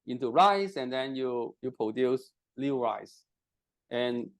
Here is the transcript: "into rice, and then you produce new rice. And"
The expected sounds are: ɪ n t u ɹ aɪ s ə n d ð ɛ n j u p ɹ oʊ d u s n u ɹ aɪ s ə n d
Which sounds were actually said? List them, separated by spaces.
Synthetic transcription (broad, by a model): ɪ n t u ɹ aɪ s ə n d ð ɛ n j u p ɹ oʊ d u s l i ɹ aɪ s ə n